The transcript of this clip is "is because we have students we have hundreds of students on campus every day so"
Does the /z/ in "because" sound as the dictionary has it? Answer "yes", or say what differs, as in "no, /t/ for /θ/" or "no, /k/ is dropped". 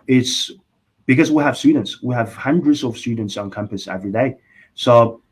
yes